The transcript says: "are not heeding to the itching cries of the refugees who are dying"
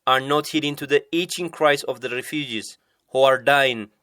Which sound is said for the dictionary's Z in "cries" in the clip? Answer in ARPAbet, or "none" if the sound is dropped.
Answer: S